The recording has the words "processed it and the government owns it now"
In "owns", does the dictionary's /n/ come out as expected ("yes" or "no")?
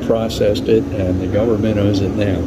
no